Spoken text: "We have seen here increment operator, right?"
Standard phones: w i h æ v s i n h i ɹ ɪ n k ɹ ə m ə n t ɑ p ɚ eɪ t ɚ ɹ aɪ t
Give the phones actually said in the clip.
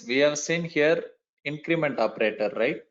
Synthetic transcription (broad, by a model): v i h æ v s i n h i ɹ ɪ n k ɹ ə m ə n t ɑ p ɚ eɪ t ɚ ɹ aɪ t